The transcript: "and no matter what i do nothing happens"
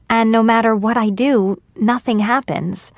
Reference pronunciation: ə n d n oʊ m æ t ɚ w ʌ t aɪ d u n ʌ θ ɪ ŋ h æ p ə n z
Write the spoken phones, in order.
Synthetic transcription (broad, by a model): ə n n oʊ m æ t ɚ w ʌ t aɪ d u n ʌ θ ɪ ŋ h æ p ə n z